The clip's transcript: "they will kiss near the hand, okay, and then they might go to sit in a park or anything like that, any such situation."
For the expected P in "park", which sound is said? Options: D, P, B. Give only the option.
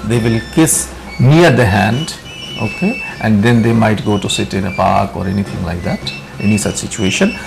P